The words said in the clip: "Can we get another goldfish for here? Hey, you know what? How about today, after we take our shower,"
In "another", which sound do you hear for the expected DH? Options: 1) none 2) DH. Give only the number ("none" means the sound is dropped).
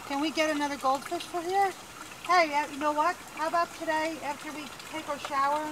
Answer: 2